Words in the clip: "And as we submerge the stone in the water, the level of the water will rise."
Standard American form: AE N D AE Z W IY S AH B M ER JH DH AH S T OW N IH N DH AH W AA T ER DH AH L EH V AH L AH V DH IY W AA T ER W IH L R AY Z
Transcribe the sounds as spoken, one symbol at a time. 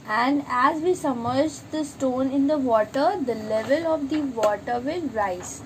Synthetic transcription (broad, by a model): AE N D AE Z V IY S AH M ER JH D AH S T OW N IH N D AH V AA T ER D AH L EH V AH L AH V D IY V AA T ER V IH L R AY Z